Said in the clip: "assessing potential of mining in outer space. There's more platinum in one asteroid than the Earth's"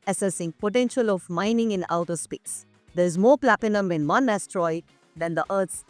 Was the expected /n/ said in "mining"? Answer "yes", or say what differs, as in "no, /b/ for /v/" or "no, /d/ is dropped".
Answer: yes